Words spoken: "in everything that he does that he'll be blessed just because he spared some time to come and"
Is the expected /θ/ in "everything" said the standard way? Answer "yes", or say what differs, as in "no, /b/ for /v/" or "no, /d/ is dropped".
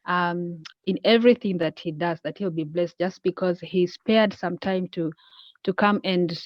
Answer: yes